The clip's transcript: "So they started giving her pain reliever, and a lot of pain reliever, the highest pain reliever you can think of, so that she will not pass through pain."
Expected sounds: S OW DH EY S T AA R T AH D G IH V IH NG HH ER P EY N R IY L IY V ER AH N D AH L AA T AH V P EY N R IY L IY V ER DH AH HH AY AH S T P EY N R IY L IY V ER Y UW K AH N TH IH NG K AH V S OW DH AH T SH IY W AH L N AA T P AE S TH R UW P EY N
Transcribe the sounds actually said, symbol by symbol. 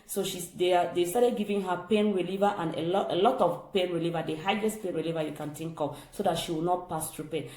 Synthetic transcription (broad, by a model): S OW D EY S T AA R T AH D G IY V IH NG HH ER P EY N R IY L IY V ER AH N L AH L AA T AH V P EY N R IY L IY V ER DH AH HH AY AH S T P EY N R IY L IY V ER Y UW K AH N T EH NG K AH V S OW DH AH T SH IY W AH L N AA T P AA S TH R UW P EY N